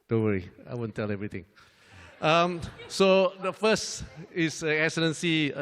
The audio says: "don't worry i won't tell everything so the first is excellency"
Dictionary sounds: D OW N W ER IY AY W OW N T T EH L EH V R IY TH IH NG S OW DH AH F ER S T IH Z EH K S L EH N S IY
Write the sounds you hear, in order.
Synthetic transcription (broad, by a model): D OW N W ER IY AY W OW N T T EH L EH V R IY T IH NG S OW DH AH F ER S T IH S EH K S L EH N S IY